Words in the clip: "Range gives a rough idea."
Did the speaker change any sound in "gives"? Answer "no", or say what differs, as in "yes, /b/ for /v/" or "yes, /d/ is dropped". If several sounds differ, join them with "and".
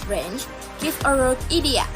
yes, /z/ is dropped